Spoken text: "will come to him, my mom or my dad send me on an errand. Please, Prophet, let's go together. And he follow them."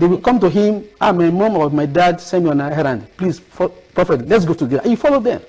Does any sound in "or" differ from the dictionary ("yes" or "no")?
yes